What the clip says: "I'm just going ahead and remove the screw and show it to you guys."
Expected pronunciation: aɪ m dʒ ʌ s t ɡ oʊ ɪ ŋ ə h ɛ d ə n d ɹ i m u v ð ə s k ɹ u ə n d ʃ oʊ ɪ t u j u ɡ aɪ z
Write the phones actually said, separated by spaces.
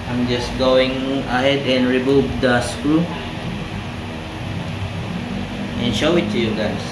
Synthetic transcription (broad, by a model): aɪ m dʒ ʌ s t ɡ oʊ ɪ ŋ ə h ɛ d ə n ɹ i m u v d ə s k u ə n ʃ oʊ ɪ t u j u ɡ aɪ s